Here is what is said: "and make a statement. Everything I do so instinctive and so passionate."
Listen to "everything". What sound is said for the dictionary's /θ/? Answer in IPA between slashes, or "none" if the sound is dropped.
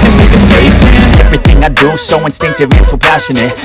/θ/